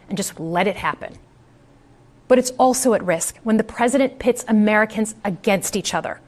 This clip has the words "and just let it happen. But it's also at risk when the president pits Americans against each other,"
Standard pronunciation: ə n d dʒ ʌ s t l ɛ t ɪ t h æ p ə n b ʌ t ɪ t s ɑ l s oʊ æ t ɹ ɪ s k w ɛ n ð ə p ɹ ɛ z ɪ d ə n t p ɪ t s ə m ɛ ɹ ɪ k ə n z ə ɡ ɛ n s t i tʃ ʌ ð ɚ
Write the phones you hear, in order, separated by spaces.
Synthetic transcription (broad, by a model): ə n dʒ ʌ s t l ɛ t ɪ t h æ p ə n b ʌ t ɪ t s ɑ l s oʊ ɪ t ɹ ɪ s k w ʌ n ð ə p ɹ ɛ z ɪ d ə n p ɪ t s ə m ɛ ɹ ɪ k ə n z ə ɡ ɛ n s t i tʃ ʌ ð ɚ